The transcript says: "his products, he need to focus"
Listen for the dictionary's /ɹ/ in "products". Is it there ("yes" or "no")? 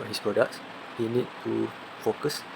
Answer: yes